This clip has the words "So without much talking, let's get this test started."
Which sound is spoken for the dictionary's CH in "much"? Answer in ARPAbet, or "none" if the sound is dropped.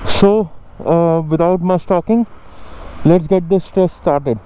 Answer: S